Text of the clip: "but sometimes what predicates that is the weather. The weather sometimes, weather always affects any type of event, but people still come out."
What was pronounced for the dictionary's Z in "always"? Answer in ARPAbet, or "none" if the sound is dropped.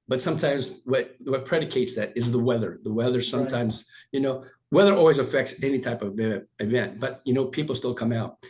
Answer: Z